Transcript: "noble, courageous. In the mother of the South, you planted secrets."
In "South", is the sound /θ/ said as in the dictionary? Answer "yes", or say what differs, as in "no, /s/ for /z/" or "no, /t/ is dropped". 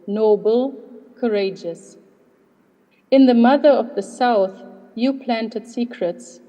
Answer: yes